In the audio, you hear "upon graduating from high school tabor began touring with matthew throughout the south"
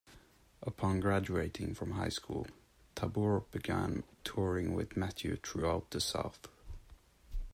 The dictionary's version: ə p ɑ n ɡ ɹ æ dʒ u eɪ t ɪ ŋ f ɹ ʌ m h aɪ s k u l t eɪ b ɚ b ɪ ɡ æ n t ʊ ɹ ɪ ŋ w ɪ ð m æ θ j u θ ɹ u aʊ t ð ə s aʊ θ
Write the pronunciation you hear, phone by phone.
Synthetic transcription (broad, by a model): ə p ɑ n ɡ ɹ æ dʒ u eɪ t ɪ ŋ f ɹ ʌ m h aɪ s k u l t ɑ b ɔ b ɪ ɡ æ n t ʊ ɹ ɪ ŋ w ɪ ð m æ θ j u t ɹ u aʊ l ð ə s aʊ θ